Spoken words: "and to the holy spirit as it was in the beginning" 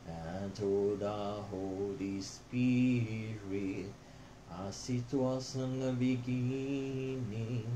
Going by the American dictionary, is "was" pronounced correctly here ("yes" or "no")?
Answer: no